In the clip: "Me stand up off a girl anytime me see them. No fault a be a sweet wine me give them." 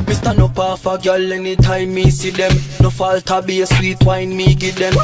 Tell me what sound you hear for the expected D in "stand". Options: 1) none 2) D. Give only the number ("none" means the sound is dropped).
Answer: 1